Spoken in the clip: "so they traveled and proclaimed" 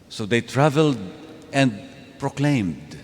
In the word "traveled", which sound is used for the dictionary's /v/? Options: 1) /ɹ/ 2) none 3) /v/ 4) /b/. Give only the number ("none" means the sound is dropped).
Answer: 3